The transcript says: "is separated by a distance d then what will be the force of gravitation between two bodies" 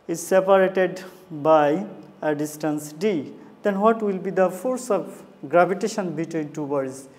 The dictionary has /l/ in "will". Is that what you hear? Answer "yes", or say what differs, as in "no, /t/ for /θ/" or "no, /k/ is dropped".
yes